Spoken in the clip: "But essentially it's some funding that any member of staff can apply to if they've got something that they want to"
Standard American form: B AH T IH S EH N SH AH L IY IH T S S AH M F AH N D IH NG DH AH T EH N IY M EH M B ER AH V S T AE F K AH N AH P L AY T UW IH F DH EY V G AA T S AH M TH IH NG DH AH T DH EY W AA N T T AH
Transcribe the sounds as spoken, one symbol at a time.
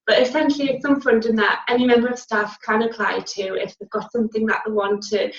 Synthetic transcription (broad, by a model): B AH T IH S EH N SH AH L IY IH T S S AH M F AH N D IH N DH AH T EH N IY M EH M B ER AH V S T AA F K AH N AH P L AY T UW IH F DH EY V G AA T S AH M TH IH NG DH AH T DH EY W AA N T T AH